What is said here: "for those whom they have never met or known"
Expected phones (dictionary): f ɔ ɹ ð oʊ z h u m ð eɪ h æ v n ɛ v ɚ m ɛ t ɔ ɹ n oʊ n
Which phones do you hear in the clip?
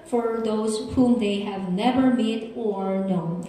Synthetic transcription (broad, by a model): f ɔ ɹ ð oʊ z h u m ð eɪ h æ v n ɛ v ɚ m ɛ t ɔ ɹ n oʊ n